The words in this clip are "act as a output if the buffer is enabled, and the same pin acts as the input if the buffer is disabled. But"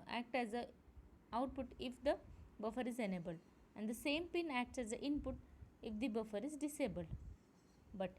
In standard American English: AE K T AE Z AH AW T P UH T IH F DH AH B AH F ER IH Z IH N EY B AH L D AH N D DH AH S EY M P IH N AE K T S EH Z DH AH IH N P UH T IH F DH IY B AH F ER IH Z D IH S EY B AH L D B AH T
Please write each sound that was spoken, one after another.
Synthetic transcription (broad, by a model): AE K T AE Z AH AW T P UH T IH F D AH B AH F ER IH Z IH N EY B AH L AH N D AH S EY M P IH N AE K T S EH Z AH IH N P UH T IH F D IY B AH F ER IH Z D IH S EY B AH L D B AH T